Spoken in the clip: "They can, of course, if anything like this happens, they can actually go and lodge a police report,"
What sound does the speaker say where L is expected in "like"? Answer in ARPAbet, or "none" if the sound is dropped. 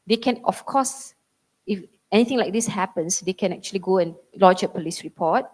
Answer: L